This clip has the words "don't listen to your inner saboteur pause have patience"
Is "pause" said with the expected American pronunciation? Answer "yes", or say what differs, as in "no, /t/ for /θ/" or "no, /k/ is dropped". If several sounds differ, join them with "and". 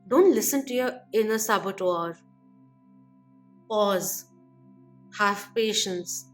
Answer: yes